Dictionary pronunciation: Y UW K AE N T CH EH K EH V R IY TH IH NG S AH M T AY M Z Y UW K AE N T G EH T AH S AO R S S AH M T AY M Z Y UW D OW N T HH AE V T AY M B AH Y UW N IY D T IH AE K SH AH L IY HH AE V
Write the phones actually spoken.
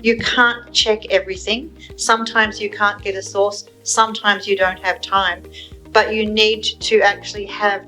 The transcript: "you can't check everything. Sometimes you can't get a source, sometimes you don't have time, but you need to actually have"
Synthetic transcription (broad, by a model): Y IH K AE N CH EH K EH V R IY TH IH NG S AH M T AY M Z Y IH K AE N G EH T AH S AO R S S AH M T AY M Z Y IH D OW N T HH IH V T AY M B AH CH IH N IY D T IH AE K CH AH L IY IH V